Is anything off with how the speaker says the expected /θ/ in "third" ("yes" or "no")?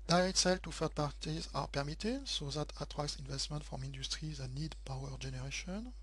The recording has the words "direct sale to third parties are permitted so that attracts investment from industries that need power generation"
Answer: yes